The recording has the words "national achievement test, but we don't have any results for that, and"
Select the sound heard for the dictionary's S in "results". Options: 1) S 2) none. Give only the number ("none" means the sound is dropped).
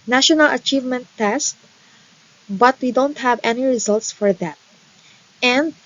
1